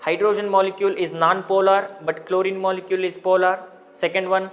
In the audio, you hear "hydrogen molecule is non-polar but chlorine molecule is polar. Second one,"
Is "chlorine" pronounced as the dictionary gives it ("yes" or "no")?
yes